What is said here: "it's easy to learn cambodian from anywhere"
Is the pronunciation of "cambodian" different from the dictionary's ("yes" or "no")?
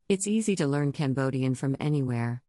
no